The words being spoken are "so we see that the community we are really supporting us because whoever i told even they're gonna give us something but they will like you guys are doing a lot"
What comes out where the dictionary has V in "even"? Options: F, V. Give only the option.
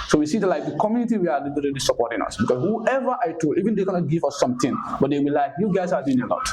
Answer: V